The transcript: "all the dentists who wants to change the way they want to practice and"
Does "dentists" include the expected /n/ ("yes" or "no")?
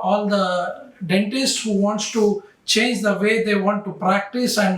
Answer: yes